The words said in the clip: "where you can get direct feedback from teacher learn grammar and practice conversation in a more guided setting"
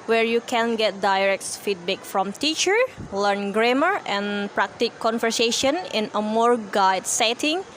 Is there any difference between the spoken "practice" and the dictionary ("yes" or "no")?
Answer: yes